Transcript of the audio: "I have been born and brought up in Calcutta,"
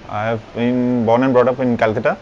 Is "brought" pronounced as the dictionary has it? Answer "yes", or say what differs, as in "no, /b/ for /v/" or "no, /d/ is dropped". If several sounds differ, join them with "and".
yes